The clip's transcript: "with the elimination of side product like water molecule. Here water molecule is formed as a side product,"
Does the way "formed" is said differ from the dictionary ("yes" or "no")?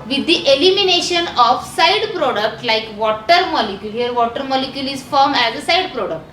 yes